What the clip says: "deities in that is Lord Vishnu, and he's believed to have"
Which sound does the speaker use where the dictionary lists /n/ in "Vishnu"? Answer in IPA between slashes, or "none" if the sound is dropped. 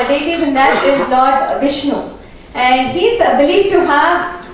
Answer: /n/